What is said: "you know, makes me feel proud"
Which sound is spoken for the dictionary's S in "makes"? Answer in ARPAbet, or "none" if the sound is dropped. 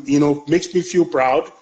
S